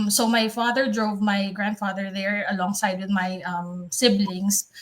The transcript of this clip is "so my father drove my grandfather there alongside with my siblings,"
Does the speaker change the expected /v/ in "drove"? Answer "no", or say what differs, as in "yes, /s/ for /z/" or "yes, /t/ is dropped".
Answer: no